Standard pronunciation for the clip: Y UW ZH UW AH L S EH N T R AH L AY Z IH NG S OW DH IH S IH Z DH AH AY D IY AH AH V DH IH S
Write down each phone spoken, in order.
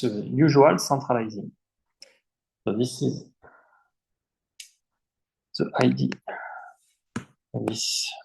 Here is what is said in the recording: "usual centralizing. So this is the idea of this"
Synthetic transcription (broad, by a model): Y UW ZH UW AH L S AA T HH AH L AY Z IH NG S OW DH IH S IH Z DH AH AY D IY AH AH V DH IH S